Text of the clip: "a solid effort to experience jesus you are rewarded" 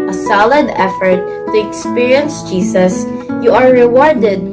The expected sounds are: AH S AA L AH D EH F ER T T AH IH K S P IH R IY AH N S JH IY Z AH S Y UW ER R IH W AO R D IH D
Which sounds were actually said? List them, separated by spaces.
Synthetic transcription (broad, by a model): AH S AA L AH D EH F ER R T AH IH K S P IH R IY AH N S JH IY S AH S Y UW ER R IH W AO R D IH D